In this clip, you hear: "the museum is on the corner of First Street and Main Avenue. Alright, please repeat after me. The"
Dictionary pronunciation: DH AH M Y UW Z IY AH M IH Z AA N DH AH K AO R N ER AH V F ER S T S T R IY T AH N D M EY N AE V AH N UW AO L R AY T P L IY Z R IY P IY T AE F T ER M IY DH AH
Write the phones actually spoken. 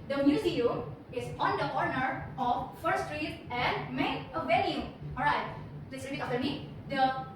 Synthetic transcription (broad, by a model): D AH M Y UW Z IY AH M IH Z AA N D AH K AO R N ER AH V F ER T S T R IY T AH N D M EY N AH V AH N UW AO L R AY T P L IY S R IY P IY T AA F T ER M IY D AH